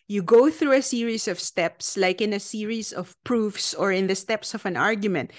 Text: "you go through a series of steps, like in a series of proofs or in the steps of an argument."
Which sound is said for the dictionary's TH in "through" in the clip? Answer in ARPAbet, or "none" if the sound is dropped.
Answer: TH